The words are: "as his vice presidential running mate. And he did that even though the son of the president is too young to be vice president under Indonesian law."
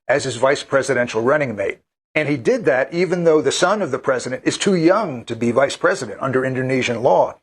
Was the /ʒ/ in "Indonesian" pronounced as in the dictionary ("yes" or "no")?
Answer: yes